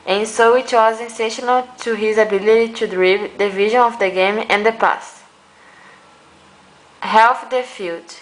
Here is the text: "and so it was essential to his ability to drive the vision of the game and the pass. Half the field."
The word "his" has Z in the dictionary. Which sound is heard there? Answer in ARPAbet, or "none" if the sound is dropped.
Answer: Z